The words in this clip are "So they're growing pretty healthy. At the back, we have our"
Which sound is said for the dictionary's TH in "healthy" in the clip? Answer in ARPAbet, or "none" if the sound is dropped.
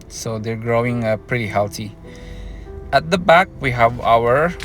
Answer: T